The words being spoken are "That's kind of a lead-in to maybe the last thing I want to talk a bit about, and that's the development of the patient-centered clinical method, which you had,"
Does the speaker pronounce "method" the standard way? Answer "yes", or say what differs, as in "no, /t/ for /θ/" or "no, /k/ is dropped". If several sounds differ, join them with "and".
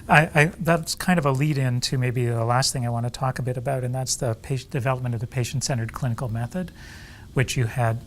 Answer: yes